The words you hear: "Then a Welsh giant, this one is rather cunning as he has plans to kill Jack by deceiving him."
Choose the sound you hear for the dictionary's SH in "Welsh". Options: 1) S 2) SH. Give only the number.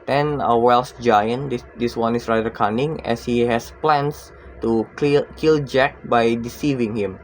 1